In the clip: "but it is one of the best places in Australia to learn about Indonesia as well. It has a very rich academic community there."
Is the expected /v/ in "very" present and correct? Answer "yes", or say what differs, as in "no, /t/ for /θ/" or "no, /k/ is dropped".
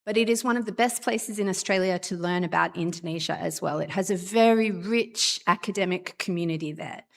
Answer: yes